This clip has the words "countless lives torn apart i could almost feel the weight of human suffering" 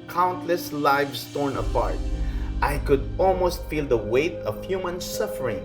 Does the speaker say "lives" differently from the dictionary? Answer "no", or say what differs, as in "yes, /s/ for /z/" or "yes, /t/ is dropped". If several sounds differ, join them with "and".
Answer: yes, /s/ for /z/